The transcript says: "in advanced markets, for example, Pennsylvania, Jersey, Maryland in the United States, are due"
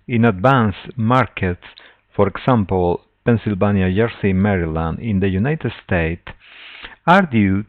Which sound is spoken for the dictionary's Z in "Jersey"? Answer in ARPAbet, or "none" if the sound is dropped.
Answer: S